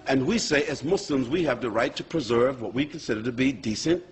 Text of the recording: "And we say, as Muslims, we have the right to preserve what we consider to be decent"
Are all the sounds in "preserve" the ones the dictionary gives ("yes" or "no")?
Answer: yes